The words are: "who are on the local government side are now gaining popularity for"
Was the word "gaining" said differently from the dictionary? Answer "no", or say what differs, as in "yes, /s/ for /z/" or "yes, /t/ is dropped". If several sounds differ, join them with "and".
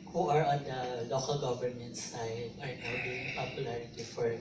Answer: yes, /n/ is dropped